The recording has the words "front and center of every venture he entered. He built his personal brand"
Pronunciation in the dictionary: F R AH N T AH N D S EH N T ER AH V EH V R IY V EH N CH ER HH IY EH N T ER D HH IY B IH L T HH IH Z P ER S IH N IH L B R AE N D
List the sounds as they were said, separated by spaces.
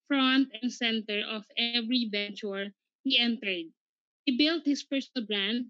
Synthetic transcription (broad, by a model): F R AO N T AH N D S EH N T ER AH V EH V R IY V EH N CH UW HH IY EH N T ER D HH IY B IH L T HH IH S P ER S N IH L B R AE N D